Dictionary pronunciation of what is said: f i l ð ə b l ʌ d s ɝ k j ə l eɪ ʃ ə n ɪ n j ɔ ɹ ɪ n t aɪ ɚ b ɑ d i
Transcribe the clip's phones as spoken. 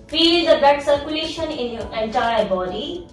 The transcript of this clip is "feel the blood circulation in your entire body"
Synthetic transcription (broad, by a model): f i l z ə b ɛ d s ɝ k j ə l eɪ ʃ ə n ɪ n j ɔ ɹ ɪ n t aɪ ɚ b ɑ d i